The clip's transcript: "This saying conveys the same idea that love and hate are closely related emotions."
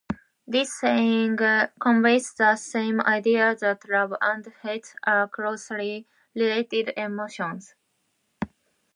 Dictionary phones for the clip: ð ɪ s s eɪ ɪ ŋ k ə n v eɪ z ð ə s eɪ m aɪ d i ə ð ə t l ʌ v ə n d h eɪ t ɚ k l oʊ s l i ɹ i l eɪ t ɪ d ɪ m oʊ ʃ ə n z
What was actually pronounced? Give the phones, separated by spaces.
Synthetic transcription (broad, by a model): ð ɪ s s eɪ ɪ ŋ k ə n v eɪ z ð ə s eɪ m aɪ d i ə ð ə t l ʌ b ə n d h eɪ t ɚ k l oʊ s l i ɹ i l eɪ t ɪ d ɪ m oʊ ʃ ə n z